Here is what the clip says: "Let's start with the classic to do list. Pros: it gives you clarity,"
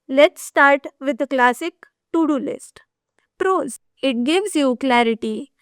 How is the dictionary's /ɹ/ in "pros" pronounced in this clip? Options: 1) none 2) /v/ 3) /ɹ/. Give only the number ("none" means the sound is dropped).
3